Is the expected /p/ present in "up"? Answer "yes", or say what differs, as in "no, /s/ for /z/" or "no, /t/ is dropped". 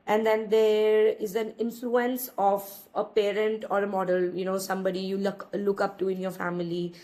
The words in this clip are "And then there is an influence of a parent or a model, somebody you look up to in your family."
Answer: yes